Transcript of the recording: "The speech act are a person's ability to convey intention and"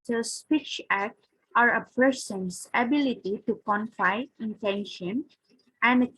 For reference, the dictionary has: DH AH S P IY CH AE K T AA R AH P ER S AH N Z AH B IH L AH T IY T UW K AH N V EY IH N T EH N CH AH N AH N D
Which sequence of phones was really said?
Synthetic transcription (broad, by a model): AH S P IY CH AE K T AA R AH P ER S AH N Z AH B IH L AH T IY T UW K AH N F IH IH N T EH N SH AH N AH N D